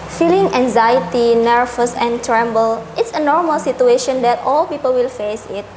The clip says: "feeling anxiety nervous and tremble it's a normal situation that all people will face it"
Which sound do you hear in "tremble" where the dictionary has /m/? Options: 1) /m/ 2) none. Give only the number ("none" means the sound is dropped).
1